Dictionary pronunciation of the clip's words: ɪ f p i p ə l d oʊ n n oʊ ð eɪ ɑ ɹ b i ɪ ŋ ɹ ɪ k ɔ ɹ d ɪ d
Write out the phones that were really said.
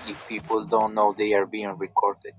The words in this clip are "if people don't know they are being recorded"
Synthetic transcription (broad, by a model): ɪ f p i p ə l d oʊ n n oʊ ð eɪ ɑ ɹ b i ɪ ŋ ɹ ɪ k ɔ ɹ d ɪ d